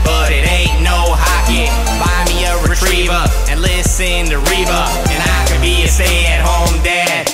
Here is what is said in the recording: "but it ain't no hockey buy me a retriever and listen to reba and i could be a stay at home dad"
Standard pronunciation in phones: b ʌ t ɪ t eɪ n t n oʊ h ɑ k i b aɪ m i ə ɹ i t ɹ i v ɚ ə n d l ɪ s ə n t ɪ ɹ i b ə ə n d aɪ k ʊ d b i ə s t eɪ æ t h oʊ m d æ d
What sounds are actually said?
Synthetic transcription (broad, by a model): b ʌ t ɪ t eɪ t n oʊ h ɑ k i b aɪ m i ə ɹ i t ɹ i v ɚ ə n l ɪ s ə n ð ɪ ɹ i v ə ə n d aɪ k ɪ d b i ə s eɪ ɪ t h oʊ m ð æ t